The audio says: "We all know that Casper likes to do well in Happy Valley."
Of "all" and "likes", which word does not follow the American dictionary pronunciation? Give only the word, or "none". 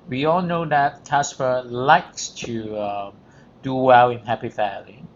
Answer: none